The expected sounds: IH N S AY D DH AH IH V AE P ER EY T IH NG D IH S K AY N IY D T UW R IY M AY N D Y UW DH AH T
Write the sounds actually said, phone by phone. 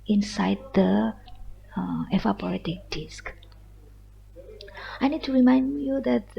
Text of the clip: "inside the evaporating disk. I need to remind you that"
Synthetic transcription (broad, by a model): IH N S AY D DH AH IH F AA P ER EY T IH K D IH S K AY N IY D T UW R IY M AY N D Y UW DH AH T